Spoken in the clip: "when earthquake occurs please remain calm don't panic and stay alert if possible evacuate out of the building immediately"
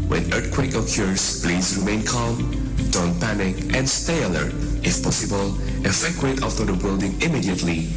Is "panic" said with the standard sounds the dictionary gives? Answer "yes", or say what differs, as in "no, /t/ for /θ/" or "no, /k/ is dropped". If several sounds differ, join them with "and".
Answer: yes